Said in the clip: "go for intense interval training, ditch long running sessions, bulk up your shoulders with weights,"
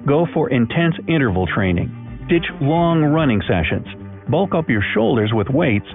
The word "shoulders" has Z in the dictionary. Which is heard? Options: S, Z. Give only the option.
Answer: Z